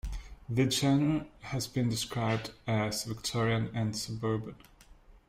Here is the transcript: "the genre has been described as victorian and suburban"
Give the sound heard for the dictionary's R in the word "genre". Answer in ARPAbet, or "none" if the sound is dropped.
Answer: none